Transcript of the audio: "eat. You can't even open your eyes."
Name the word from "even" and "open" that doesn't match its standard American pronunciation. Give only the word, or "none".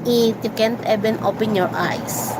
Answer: even